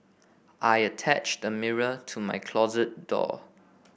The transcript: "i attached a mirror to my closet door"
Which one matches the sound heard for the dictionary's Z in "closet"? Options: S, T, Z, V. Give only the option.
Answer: Z